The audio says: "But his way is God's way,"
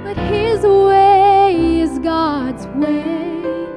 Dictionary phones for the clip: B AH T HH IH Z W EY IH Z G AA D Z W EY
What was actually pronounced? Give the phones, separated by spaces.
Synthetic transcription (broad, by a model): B AH T HH IH Z W EY IH Z G AA D Z W EY